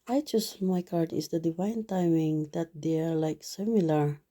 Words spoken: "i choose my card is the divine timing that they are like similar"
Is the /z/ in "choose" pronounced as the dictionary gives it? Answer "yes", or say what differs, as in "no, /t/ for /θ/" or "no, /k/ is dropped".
no, /s/ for /z/